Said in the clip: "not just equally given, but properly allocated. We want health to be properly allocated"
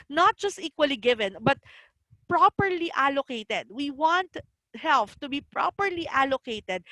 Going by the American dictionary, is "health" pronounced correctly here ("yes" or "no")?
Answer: no